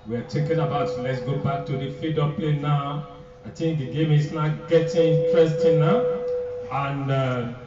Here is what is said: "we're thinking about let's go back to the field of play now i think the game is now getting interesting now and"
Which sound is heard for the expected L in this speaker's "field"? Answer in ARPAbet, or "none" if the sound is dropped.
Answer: none